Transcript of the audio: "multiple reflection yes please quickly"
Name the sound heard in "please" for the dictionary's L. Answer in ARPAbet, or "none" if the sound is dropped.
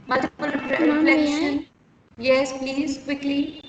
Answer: L